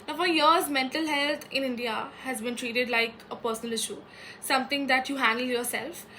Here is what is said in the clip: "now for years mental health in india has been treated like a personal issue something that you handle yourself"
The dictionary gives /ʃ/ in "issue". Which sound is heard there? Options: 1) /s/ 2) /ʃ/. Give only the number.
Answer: 2